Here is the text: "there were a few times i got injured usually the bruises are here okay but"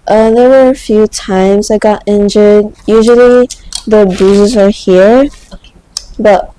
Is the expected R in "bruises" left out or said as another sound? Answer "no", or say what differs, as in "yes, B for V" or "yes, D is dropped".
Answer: yes, R is dropped